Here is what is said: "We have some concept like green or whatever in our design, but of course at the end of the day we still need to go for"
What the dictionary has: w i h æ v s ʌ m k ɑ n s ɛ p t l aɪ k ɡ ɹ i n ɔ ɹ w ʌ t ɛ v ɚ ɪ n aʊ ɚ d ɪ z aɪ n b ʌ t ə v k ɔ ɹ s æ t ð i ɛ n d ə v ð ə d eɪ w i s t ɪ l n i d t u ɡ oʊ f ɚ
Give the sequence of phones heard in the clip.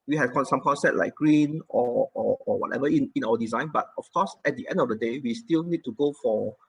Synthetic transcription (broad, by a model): w i h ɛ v s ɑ m k ɑ n s ɛ t l aɪ k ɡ ɹ i n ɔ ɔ w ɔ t ɛ v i ɪ n aʊ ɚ d ɪ z aɪ n b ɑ t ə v k ɔ s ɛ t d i ɛ n d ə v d ə d eɪ w i s t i l n i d t u ɡ oʊ f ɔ